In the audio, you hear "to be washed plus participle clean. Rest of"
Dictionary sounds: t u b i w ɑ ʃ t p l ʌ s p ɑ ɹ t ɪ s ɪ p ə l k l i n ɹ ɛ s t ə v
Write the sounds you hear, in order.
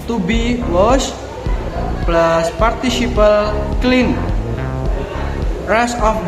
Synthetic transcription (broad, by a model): t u b i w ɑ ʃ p l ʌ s p ɑ ɹ t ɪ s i p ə l k l i n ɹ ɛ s ə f